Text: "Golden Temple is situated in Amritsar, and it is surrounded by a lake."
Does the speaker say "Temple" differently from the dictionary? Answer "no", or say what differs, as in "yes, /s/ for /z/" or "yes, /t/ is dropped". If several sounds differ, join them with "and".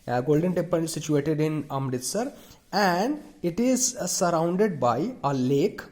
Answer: yes, /m/ is dropped and /n/ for /l/